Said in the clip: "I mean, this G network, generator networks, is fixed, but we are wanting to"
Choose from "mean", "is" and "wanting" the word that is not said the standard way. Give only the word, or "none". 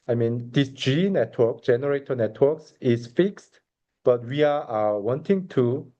is